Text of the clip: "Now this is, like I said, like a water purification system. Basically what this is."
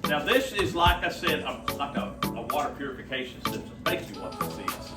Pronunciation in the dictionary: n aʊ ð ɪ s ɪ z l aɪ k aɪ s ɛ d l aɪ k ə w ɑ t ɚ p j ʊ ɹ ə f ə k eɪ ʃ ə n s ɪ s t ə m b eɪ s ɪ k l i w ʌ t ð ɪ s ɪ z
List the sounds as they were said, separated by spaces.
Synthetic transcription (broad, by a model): n aʊ ð ɪ s ɪ z l aɪ k aɪ s ɛ d l aɪ k ə w ɑ t ɚ p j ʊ ɹ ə f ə k eɪ ʃ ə n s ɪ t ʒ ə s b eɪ ɪ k i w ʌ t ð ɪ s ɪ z